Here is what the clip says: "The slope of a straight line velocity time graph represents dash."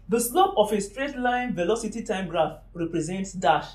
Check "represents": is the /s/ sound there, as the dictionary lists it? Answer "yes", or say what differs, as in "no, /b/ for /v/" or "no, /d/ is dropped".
yes